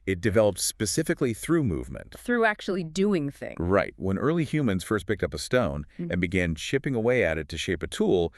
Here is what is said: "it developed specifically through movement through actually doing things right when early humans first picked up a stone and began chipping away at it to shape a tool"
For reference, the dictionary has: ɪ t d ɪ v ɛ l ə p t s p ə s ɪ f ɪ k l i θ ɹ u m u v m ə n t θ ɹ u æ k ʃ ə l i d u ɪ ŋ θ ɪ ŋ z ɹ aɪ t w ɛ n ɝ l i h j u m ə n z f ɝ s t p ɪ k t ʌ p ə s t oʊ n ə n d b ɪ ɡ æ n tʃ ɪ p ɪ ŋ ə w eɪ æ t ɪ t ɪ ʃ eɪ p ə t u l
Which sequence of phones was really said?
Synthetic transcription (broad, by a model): ɪ t d ɪ v ɛ l ə p t s p ə s ɪ f ɪ k l i θ ɹ u m u v m ə n t θ ɹ u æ k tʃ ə l i d u ɪ ŋ θ ɪ ŋ ɹ aɪ t w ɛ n ɝ l i h j u m ə n z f ɝ s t p ɪ k t ʌ p ə s t oʊ n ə n b ɪ ɡ æ n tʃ ɪ p ɪ ŋ ə w eɪ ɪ t ɪ t ɪ ʃ eɪ p ə t u l